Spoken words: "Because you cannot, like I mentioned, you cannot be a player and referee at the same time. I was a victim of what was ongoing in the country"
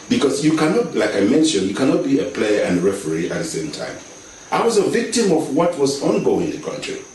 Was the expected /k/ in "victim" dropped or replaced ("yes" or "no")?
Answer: no